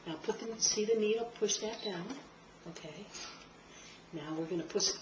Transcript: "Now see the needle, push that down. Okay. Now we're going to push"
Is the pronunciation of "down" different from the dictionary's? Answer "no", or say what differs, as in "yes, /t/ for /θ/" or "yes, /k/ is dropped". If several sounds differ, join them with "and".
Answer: no